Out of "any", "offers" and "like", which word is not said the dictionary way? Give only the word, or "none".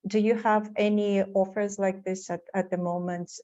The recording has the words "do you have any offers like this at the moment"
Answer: none